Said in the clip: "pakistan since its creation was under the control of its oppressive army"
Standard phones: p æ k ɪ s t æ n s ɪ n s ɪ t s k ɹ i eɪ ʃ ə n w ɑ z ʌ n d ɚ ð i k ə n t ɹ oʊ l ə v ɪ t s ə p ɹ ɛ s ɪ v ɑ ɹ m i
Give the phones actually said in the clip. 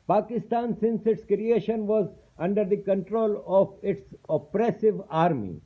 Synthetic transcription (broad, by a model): p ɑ k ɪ s t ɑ n s ɪ n s ɪ t s k ɹ i eɪ ʃ ə n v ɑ z ʌ n d ɚ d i k ə n t ɹ oʊ l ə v ɪ t s ə p ɹ ɛ s ɪ v ɑ ɹ m i